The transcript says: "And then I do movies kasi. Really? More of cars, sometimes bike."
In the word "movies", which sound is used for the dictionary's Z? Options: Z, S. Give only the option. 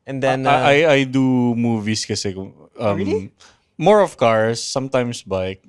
S